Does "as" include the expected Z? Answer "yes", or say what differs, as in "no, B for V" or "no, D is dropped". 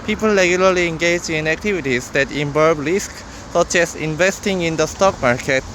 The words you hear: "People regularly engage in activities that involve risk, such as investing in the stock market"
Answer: no, S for Z